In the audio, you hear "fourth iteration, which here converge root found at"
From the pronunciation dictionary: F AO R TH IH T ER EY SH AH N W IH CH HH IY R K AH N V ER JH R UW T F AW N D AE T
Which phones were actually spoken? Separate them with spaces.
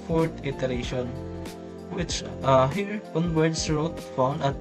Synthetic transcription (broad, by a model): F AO R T IH T ER EY SH AH N W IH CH HH IY R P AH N B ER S R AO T F AW N D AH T